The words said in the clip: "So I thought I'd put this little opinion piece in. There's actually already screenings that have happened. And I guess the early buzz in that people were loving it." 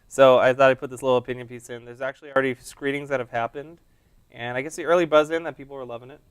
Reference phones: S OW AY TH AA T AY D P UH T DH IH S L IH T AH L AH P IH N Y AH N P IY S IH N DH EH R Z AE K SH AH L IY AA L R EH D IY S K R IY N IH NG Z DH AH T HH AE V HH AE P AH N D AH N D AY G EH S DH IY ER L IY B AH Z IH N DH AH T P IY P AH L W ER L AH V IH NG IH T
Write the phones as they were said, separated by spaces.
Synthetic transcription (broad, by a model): S OW AY TH AA T AY P UH T DH IH S L IH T L AH P IH N Y AH N P IY S IH N DH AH R Z AE K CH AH L IY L R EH D IY S K R IY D IH NG Z DH AH T HH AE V HH AE P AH N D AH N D AY G EH S DH IY ER L IY B AH Z IH N DH AH T P IY P L W ER L AH V IH NG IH T